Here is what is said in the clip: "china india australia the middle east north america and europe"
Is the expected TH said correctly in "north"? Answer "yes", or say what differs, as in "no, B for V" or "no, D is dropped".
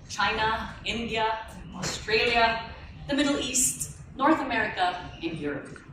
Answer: yes